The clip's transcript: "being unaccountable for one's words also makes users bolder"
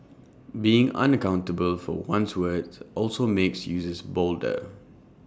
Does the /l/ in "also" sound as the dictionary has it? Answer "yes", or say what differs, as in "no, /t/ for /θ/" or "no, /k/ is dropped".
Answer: yes